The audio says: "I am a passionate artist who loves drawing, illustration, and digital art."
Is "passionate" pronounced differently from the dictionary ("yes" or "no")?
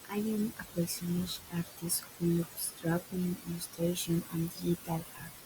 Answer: yes